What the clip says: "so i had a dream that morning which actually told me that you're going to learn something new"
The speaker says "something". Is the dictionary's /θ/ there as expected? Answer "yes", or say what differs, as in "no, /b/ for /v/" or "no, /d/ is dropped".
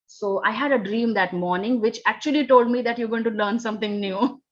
no, /t/ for /θ/